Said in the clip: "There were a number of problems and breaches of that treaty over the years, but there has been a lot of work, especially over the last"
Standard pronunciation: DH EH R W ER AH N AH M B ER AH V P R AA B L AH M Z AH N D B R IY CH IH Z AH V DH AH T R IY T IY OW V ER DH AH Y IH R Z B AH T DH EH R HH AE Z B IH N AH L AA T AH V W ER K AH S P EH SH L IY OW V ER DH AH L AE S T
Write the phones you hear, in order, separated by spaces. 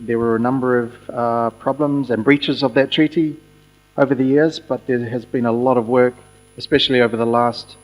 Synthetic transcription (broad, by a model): DH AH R W ER AH N AH M B ER AH V P R AA B L AH M Z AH N B R IY CH IH Z AH V DH AH T R IY T IY OW V ER DH AH Y IH R Z B AH T DH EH R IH Z B IH N AH L AA T AH V W ER K AH S P EH SH L IY OW V ER DH AH L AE S T